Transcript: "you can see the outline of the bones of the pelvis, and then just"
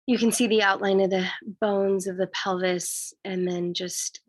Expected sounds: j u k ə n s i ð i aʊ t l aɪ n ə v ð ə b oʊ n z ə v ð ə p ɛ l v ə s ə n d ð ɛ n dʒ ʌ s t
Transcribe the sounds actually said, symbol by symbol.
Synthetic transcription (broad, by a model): j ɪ k ə n s i ð i aʊ t l aɪ n ə v ð ə b oʊ n z ə v ð ə p ɛ l v ə s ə n ð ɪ n dʒ ʌ s t